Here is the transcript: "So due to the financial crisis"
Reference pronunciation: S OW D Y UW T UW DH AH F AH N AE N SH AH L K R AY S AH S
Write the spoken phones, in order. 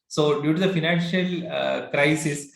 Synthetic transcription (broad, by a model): S OW D Y UW T UW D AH F AH N AE N SH AH L K R AY S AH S